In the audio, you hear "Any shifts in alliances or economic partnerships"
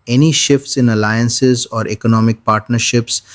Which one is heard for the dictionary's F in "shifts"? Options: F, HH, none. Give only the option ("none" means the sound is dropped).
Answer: F